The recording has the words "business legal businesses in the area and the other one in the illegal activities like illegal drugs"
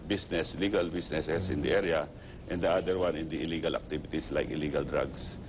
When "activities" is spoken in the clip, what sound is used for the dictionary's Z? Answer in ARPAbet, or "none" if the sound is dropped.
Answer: S